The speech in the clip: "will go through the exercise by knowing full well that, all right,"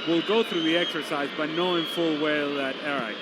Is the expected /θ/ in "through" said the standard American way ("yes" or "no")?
yes